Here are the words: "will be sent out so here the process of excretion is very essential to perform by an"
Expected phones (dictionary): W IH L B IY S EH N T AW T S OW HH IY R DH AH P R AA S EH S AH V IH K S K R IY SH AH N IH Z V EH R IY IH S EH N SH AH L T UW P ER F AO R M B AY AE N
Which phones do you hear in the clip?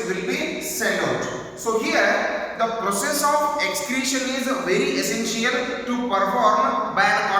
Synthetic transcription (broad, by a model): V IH L B IY S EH T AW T S OW HH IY R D AH P R AA S EH S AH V IH K S K R IY SH AH N IH Z V EH R IY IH S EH N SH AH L T UW P ER F AO R M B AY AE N